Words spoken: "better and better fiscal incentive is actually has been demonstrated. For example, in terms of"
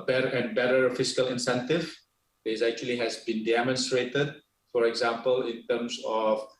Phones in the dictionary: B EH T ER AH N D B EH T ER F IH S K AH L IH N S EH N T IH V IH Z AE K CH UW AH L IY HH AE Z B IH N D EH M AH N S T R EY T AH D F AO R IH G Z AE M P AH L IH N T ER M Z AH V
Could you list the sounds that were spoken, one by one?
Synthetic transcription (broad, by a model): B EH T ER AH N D B EH T ER F IH S K AH L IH N S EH N T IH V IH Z AE K CH UW AH L IY HH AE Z B IH N D EH M AH N S T R EY T AH D F AO R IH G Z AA M P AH L IH N T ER M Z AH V